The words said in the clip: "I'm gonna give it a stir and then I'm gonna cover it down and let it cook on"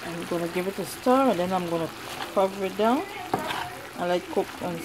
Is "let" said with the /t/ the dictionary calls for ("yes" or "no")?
no